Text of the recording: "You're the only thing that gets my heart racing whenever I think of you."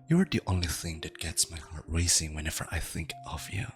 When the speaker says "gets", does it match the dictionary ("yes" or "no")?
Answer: yes